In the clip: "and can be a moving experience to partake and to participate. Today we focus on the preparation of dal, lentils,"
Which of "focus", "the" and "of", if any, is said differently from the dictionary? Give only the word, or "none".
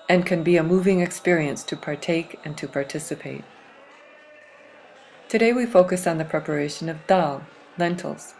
none